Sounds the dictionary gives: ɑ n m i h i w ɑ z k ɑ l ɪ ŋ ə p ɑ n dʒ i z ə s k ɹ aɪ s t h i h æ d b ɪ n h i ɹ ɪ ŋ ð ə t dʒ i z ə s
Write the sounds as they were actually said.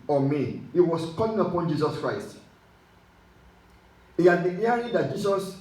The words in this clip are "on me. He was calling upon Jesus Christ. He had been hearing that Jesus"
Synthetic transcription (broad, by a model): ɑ m i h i w ɑ s k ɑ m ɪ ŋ ə p ɑ n dʒ i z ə s k ɹ aɪ s t h i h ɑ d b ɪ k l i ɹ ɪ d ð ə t dʒ i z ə s